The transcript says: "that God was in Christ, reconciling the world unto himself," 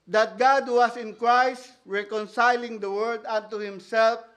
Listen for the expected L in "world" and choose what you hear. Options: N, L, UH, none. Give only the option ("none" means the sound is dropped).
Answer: none